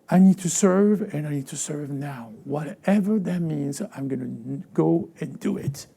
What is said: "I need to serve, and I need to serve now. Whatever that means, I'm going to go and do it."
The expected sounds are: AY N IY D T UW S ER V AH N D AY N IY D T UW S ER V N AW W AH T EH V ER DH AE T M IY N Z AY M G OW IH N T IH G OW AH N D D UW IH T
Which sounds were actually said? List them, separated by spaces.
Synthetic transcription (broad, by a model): AY N IY D T UW S ER V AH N AY N IY D T UW S ER V N AW W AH T EH V ER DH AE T M IY N Z AY M G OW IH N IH G OW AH N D D UW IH T